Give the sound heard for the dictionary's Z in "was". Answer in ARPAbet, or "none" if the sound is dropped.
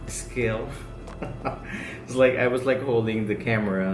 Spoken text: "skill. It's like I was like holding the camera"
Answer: Z